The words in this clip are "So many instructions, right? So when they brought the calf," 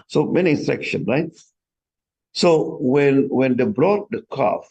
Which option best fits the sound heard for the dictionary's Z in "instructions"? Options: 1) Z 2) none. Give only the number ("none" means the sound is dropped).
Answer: 2